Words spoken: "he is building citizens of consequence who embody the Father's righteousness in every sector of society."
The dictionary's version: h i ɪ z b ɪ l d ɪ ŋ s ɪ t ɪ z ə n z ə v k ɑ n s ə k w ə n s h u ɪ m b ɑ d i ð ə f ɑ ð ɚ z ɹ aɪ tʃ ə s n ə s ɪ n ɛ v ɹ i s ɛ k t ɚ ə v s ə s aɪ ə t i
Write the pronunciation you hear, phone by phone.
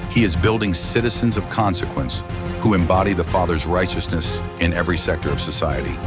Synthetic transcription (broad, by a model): h i ɪ z b ɪ l d ɪ ŋ s ɪ t ɪ z ə n z ə v k ɑ n s ə k w ə n s h u ɪ m b ɑ d i ð ə f ɑ ð ɚ z ɹ aɪ tʃ ə s n ə s ɪ n ɛ v ɹ i s ɛ k t ɚ ə v s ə s aɪ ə t i